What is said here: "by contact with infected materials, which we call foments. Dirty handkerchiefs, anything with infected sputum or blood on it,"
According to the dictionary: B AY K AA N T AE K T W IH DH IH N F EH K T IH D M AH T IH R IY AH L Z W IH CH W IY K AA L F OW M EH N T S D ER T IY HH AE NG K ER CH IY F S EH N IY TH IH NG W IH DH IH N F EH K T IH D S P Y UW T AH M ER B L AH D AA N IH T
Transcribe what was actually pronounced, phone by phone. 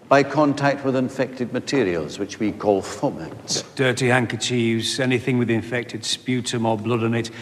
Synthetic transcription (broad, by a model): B AY K AA N T AE K T W IH DH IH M F EH K T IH D M AH T IH R IY AH L Z W IH CH W IY K AA L F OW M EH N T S D ER T IY HH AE NG K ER CH IY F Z EH N IY TH IH NG W IH DH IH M F EH K T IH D S P Y UW T AH M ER B L AH D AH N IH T